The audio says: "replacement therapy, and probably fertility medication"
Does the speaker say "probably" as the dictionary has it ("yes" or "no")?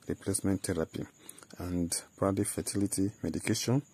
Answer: no